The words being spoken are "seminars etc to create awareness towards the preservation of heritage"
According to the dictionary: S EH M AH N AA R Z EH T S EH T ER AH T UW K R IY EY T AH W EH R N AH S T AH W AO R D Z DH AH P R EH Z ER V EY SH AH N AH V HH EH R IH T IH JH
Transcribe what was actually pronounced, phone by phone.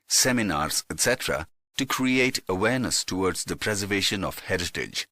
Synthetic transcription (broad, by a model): S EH M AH N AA R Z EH T S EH T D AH T UW K R IY EY T AH W EH R N AH S T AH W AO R D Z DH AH P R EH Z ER V EY SH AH N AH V HH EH R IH T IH JH